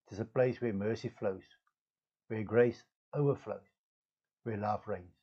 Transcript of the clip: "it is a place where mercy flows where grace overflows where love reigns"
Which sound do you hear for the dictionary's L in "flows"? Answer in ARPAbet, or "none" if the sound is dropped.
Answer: L